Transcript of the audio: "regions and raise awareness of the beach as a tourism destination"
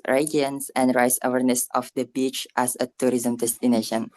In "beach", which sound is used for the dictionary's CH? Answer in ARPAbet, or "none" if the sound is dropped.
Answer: CH